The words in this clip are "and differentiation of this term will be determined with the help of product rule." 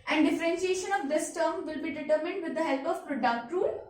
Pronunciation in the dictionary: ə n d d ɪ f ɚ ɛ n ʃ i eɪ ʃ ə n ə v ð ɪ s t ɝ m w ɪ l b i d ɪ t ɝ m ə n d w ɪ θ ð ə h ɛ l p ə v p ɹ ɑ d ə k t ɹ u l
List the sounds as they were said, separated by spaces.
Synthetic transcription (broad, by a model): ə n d d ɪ f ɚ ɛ n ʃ i eɪ ʃ ə n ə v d ɪ s t ɝ m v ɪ l b i d ɪ t ɝ m ə n d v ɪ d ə h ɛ l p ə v p ɹ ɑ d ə k t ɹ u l